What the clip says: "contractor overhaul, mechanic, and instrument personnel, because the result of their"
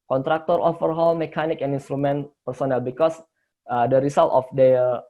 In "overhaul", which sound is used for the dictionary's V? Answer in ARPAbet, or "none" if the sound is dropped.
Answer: F